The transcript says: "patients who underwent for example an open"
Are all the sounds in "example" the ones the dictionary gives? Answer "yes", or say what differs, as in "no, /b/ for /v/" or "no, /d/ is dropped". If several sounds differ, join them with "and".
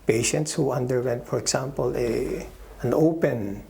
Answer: no, /s/ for /z/